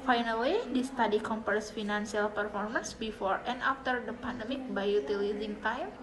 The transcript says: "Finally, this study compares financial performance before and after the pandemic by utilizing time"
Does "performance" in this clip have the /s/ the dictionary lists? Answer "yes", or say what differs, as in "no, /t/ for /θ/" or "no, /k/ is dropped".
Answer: yes